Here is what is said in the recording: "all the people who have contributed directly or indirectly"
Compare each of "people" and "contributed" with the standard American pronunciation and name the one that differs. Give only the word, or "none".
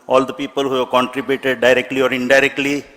none